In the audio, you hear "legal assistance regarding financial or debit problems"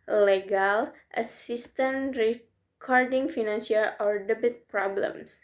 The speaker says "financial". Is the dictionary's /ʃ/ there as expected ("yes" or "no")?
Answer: no